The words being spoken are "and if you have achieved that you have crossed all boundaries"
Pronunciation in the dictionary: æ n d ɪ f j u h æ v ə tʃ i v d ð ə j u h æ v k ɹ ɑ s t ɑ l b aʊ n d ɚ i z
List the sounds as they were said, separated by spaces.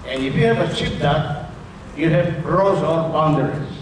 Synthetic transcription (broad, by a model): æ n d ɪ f j u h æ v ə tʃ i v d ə j u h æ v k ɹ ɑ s ɑ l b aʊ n d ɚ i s